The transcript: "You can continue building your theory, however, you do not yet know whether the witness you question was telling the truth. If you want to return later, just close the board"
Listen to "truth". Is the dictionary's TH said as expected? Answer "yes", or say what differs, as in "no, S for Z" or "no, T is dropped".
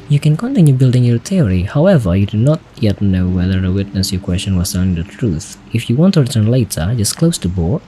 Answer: yes